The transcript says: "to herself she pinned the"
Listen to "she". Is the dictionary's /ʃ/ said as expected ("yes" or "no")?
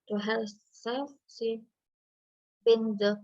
no